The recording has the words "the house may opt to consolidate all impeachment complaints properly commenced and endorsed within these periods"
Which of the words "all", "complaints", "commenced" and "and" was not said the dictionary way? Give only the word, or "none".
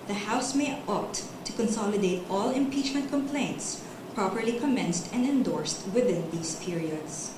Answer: none